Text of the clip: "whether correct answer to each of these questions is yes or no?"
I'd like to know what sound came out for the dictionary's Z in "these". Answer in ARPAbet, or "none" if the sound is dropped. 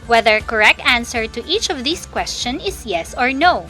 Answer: S